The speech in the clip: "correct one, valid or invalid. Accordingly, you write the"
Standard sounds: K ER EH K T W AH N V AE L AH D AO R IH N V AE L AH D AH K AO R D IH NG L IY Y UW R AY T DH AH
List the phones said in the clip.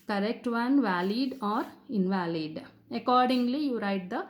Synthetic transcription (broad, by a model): K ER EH K T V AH N V AE L AH D AO R IH N V AE L AH D AH K AO R D IH NG L IY Y UW R AY T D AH